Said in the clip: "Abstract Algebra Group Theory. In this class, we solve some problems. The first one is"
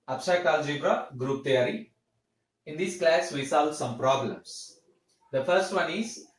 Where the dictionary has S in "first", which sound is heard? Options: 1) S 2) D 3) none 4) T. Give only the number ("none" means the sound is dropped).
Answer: 1